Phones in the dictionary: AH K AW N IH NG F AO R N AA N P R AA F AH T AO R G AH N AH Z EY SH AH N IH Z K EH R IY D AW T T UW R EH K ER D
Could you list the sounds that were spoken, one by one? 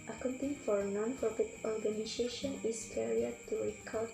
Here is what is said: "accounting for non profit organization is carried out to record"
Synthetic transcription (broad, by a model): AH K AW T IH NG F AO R N AA N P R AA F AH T AO R G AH N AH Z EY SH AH N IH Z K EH R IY AH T T UW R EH K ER